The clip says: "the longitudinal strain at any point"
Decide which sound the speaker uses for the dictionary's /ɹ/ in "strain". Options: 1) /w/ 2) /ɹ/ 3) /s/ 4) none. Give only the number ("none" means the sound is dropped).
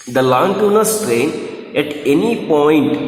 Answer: 2